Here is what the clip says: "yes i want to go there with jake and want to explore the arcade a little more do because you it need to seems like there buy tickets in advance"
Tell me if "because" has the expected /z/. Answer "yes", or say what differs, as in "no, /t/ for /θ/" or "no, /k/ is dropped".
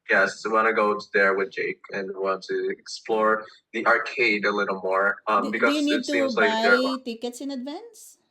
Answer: no, /z/ is dropped